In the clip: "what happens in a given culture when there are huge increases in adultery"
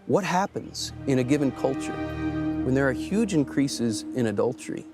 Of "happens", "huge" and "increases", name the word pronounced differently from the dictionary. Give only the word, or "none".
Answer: none